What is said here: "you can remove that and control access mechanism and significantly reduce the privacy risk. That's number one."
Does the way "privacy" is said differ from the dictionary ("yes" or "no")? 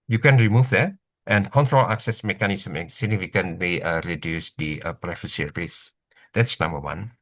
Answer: yes